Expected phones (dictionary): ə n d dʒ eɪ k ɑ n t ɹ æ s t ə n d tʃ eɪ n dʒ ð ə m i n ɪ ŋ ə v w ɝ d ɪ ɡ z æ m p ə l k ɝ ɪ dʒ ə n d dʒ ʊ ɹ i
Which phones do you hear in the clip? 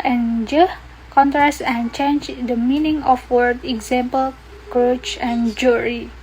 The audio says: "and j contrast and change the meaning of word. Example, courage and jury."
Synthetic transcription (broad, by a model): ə n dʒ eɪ k ɑ n t ɹ æ s t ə n tʃ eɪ n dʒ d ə m i n ɪ ŋ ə f w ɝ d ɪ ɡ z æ m p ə l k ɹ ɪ tʃ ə n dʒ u ɹ i